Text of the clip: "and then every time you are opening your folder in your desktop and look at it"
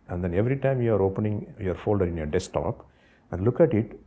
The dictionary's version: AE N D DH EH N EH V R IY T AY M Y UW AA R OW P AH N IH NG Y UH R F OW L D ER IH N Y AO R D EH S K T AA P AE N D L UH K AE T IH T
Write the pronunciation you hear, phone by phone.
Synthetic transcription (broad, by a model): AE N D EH N EH V R IY T AY M Y UW AA R OW P AH N IH NG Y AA R F OW L D ER IH N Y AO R D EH S T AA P AE N D L UH K AE T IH T